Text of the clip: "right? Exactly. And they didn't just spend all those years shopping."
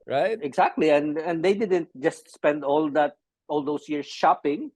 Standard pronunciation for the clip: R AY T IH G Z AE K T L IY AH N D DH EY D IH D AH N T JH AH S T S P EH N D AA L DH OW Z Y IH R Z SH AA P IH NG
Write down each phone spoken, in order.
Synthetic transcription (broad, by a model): R AY T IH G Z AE K T L IY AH N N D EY D IH D AH N T JH AH S T S P EH N D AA L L OW S Y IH R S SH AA P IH NG